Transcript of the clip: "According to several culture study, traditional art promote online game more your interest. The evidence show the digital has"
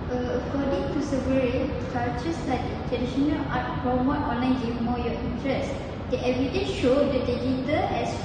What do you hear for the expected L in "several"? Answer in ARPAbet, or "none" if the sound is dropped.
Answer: N